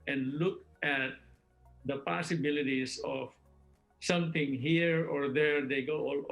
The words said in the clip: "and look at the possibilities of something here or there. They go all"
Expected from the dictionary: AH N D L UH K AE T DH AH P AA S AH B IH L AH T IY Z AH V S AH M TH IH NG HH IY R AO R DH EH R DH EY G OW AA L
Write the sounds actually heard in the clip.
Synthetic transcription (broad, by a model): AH N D L UH K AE T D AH P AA S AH B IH L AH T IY S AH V S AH M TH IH NG HH IY R AO R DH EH R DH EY G OW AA L